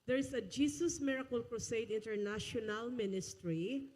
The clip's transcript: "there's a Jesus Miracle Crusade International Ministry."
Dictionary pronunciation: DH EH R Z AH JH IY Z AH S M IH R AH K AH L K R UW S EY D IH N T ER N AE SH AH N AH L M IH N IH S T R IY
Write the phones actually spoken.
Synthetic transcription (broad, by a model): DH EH R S AH JH IY S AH S M IH R AH K AH L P R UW S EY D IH N T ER N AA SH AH N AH L M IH N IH S T R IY